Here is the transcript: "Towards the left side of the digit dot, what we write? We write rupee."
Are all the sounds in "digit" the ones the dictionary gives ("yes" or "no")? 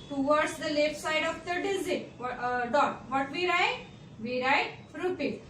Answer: no